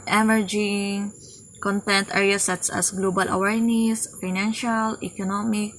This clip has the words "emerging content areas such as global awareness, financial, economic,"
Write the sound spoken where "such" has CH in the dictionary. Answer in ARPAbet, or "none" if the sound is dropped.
S